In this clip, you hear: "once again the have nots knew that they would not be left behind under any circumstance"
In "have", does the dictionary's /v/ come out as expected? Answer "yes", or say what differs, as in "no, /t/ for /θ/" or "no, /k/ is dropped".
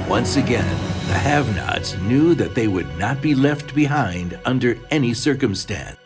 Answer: yes